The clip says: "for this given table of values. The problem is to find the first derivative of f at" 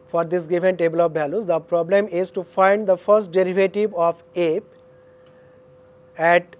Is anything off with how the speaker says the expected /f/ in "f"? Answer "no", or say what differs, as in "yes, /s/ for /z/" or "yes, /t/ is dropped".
yes, /p/ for /f/